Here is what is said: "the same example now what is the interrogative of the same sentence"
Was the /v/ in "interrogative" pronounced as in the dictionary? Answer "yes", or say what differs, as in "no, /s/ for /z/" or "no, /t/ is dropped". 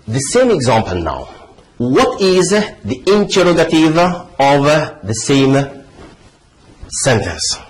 yes